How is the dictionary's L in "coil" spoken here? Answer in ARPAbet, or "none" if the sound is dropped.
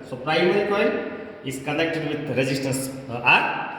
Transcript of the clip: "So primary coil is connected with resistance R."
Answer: N